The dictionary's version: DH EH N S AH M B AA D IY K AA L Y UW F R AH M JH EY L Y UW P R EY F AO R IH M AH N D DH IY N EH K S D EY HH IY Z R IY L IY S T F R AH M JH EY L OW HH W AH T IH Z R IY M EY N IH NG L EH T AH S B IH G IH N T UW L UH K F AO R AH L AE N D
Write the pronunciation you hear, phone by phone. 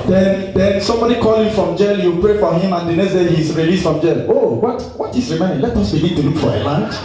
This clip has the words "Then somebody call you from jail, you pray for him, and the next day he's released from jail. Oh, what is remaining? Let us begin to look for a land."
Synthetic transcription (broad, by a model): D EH N S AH M B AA D IY K AA L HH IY F R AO M JH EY L Y UW P R EY F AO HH IH M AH N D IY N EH S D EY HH IY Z R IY L IY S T F R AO M JH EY L OW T W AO T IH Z R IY M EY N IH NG L EH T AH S B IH G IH N T UW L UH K F AO R AH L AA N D